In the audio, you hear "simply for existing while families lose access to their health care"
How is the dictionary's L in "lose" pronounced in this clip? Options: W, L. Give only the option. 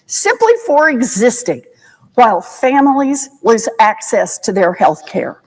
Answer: W